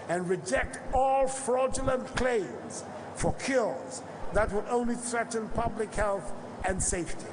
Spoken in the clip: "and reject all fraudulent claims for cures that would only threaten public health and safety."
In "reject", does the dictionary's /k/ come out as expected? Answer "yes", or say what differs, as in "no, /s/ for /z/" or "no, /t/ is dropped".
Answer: yes